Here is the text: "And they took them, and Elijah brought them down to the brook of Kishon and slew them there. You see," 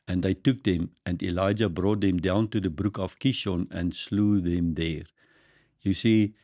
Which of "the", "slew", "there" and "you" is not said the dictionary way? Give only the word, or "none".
none